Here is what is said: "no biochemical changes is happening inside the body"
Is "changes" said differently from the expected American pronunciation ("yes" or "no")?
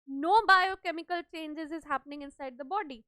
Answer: no